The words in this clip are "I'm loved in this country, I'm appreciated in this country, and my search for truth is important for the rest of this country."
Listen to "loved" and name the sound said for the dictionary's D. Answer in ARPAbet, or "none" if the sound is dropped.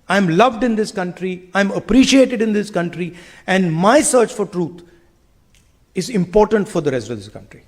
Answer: D